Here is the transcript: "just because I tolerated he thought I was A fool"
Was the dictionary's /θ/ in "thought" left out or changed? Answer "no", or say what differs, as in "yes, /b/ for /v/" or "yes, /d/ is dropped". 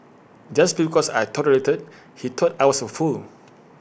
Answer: yes, /t/ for /θ/